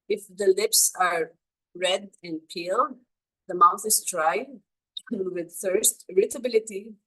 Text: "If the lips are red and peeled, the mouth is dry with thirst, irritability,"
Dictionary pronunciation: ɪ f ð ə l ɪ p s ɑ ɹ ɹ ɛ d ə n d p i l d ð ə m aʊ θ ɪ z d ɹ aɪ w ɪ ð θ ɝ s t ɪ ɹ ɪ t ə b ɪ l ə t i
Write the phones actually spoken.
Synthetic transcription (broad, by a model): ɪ f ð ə l ɪ p s ɑ ɹ ɹ ɛ d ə n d p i l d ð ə m aʊ θ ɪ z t ɹ aɪ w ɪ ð θ ɝ s t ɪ ɹ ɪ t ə b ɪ l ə t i